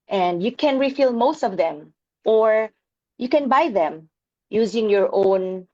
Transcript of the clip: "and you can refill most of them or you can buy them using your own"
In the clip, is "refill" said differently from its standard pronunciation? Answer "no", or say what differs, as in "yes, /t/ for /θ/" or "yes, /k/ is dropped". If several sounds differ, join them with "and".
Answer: no